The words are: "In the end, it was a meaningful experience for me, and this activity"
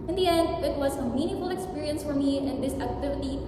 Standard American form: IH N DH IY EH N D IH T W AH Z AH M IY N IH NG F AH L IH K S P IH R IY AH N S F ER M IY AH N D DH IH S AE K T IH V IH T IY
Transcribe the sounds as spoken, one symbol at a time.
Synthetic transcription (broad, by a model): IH N DH IY EH N D IH T W AH Z AH M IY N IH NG F L IH K S P IH R IY AH N S F ER M IY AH N DH IH S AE K T IH V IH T IY